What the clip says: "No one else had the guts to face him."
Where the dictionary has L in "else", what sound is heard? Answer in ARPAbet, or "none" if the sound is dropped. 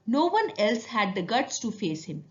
L